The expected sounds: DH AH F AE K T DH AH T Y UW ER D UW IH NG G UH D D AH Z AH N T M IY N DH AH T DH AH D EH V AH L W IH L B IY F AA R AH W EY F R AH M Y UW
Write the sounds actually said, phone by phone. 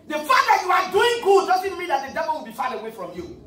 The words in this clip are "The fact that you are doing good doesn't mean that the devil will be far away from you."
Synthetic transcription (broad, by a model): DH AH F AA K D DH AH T Y UW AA D UW IH NG G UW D D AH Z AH N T M IY N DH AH T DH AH D EH V AH L W IH L B IY F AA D AH W EY F R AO M Y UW